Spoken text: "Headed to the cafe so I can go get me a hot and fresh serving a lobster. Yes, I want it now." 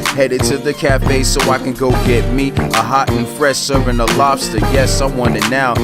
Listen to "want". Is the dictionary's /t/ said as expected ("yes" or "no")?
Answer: no